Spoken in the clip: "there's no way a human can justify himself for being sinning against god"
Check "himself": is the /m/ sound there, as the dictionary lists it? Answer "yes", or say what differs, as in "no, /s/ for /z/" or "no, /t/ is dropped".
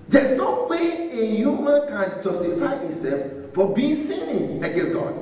no, /m/ is dropped